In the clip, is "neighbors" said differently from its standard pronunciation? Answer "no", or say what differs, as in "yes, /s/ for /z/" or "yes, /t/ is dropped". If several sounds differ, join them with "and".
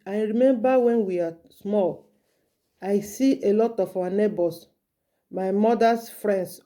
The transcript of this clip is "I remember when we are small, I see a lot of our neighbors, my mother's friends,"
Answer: yes, /s/ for /z/